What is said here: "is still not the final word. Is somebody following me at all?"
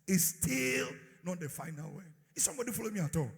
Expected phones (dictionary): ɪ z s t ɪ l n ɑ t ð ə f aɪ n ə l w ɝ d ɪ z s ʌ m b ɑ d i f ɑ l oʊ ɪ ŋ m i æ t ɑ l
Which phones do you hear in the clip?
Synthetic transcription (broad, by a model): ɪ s t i l n ɑ t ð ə f aɪ n ə l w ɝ ɪ s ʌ m b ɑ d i f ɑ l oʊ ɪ m i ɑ t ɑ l